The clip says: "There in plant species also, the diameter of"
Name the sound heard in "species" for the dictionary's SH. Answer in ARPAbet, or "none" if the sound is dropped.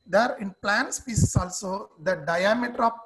S